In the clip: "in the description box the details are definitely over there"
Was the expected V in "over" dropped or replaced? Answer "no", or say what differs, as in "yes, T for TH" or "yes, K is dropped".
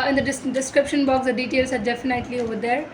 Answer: no